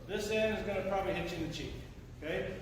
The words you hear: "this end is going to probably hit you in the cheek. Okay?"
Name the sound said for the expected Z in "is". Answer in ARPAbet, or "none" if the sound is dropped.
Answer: Z